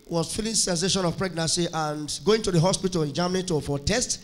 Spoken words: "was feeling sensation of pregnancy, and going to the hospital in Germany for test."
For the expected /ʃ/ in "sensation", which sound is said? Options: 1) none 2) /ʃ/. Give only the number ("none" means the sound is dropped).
2